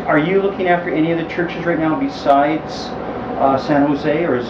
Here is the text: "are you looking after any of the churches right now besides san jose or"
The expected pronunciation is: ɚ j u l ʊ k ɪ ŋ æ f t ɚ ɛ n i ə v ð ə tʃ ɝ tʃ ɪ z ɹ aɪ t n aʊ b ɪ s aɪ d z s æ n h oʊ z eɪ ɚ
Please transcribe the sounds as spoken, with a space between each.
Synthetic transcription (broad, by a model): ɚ j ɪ l ʊ k ɪ ŋ æ f t ɚ ɛ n i ə v ð ə tʃ ɝ tʃ ɪ z ɹ aɪ t n aʊ b ɪ s aɪ d z s æ n h oʊ z eɪ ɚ